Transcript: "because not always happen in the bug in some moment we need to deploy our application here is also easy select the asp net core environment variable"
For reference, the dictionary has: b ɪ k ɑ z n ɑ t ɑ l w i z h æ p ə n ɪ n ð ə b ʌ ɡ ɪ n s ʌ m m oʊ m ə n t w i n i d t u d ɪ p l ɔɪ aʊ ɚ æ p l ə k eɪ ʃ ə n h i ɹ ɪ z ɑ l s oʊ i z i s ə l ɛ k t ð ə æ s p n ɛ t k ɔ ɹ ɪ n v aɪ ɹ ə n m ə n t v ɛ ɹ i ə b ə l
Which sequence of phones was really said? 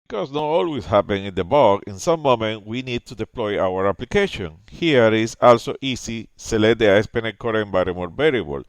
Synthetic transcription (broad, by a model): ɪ k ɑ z n ɑ t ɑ l w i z h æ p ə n ɪ n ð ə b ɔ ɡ ɪ n s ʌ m m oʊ m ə n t w i n i d t u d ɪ p l ɔɪ aʊ ɚ æ p l ə k eɪ ʃ ə n h i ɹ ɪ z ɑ l s oʊ i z i s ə l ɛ t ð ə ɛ s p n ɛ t k ɔ ɹ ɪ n b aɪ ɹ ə m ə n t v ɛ ɹ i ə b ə l